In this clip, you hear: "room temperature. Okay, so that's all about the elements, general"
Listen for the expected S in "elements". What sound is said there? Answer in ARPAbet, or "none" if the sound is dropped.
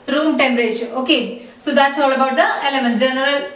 none